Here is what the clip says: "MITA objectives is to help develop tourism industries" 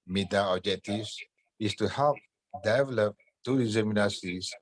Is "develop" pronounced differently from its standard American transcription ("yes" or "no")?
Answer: no